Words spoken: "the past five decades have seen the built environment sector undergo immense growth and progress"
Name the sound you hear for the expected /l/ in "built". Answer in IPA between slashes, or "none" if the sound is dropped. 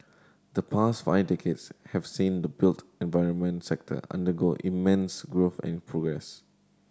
/l/